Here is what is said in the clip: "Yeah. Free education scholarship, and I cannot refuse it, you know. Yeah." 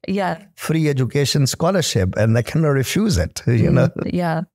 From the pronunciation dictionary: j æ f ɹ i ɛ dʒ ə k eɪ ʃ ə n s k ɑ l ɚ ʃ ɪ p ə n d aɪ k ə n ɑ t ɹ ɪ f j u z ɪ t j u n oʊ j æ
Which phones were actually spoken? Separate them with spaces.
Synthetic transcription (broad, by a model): j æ f ɹ i ɛ dʒ ə k eɪ ʃ ə n s k ɑ l ɚ ʃ ɪ p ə n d aɪ k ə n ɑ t ɹ ɪ f j u z ɪ t j u n oʊ j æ